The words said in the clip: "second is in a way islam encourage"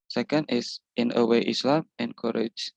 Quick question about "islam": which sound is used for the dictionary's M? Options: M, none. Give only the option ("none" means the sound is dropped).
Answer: M